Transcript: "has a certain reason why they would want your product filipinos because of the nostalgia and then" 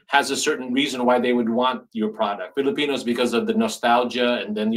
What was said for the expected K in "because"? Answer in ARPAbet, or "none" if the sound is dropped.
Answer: K